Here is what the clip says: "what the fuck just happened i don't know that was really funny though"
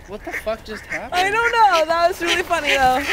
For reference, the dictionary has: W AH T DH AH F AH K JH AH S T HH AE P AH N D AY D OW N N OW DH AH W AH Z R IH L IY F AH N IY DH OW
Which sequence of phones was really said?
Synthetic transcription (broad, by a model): W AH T DH AH F AH K JH AH S T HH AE AH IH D OW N N OW DH AH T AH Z R IH L IY F AH N IY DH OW